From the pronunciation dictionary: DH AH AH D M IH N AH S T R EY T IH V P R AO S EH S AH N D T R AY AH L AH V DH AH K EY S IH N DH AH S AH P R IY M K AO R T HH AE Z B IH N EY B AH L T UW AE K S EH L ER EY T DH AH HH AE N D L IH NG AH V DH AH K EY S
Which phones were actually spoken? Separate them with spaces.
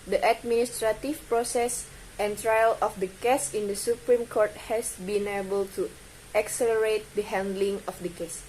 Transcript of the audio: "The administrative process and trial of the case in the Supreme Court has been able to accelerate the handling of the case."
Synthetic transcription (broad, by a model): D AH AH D M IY N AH S T R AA T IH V P R AO S EH S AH N T R AY AH L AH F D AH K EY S IH N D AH S AH P R IY M K AO R T HH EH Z B IH N EY B AH L T UW AE K S EH L ER EY T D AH HH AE N D L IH NG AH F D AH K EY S